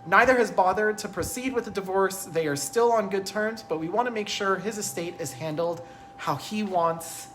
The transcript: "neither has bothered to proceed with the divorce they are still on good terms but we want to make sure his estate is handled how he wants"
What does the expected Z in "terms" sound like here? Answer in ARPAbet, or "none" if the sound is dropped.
Z